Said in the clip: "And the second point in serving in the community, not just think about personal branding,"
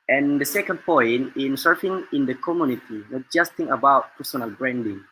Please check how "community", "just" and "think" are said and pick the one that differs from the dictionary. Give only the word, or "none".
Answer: think